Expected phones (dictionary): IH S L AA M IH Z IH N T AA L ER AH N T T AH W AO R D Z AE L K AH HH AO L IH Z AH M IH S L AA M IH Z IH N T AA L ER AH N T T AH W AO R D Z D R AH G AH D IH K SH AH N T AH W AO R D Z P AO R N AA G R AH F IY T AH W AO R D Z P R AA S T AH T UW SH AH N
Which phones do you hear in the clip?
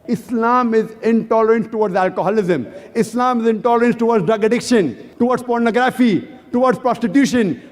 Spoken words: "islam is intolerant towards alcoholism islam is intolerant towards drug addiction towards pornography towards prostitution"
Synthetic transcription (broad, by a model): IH S L AA M IH Z IH N T AA L ER AH N T T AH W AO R D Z AE L K AH HH AO L IH Z AH M IH S L AA M IH Z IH N T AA L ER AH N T T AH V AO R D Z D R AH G AH D IH K SH AH N T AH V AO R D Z P AO R N AA G R AH F IY T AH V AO R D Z P R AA S T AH T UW SH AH N